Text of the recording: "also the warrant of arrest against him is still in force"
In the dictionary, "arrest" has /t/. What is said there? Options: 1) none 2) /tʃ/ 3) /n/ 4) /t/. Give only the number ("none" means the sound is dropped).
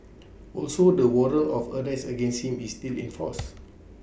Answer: 1